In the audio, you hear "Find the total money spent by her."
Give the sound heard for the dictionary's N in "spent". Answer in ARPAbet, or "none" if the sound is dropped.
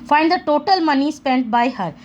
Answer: N